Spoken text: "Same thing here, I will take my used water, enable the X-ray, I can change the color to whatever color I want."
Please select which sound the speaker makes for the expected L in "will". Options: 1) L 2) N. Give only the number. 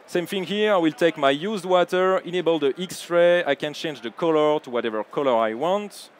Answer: 1